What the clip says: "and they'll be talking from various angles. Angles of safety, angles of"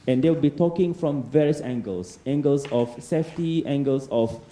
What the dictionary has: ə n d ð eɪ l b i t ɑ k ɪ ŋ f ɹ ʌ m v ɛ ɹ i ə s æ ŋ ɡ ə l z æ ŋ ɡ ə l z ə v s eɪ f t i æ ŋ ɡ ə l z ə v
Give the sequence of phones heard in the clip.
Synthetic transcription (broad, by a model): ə n d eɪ w b i t ɑ k ɪ ŋ f ɹ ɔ m v ɛ ɹ i ə s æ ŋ ɡ ə l s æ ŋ ɡ ə l s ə f s eɪ f t i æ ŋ ɡ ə l s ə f